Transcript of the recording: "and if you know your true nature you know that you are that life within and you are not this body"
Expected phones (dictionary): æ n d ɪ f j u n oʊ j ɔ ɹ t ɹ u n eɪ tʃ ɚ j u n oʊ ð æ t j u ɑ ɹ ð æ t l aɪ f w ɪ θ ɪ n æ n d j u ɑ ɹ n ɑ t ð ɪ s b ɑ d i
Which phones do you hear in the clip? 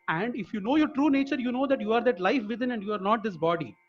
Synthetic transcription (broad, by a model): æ n d ɪ f j u n oʊ j ɔ ɹ t ɹ u n eɪ tʃ ɚ j u n oʊ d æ t j u ɑ ɹ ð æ t l aɪ f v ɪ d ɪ n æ n d j u ɑ ɹ n ɑ t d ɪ s b ɑ d i